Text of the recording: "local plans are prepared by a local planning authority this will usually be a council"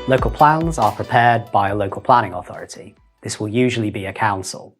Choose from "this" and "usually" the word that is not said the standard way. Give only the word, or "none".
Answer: none